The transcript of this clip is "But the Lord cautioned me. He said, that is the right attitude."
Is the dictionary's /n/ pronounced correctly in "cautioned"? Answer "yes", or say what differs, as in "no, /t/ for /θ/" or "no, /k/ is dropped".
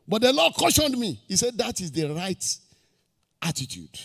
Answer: yes